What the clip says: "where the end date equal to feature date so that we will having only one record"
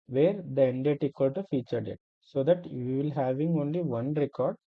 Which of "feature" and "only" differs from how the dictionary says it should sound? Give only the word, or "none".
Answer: none